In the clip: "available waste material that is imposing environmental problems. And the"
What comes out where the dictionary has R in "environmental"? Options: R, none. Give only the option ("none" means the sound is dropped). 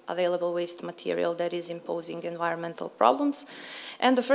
R